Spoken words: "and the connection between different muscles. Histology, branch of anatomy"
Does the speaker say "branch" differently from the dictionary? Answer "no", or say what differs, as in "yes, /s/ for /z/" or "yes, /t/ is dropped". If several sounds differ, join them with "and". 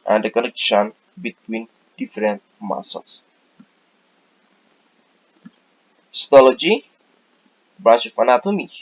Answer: yes, /n/ is dropped